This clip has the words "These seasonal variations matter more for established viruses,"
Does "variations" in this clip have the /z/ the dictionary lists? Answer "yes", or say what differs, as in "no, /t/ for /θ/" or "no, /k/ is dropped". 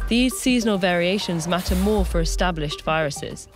yes